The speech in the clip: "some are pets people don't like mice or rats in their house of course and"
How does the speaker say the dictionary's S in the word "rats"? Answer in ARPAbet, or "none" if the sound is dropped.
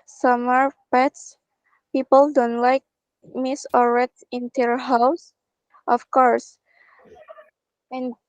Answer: none